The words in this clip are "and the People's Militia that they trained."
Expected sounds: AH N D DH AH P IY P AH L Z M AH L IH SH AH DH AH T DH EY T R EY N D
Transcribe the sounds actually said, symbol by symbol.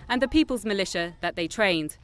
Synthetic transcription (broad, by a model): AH N DH AH P IY P AH L Z M AH L IH SH AH DH AH T DH EY T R EY N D